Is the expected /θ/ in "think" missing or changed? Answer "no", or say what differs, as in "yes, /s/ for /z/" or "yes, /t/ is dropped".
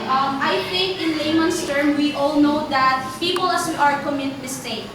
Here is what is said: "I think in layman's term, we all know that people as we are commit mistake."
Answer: yes, /t/ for /θ/